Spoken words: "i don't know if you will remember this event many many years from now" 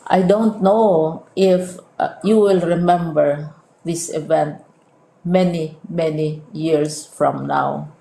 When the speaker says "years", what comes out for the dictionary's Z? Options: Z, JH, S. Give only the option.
S